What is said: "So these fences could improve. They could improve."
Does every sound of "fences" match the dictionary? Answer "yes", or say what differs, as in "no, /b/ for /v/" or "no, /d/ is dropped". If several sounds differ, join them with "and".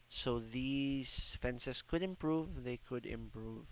no, /s/ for /z/